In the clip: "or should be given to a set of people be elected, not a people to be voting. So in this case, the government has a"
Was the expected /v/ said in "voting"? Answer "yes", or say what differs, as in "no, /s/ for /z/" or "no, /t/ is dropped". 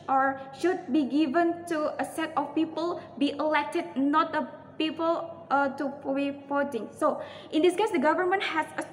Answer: no, /f/ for /v/